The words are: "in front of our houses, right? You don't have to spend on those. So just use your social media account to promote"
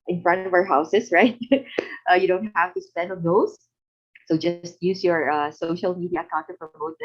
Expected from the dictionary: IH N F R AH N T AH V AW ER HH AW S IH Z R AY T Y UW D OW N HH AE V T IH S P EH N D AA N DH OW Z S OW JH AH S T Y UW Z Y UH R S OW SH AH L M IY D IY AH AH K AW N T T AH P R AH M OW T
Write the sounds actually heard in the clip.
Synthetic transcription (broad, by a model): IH N F R AH N T AH V AW ER HH AW S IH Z R AY T Y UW D OW N HH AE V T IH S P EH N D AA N OW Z S OW JH AH S T Y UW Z Y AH R S OW SH AH L M IY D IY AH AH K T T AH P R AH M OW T